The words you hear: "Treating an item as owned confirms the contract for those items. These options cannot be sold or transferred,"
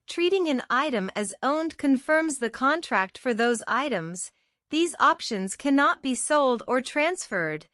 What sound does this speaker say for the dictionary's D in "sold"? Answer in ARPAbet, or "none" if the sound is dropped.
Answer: D